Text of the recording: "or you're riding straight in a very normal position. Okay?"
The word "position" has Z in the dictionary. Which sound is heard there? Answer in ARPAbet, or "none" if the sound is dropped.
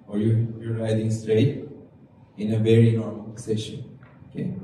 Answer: S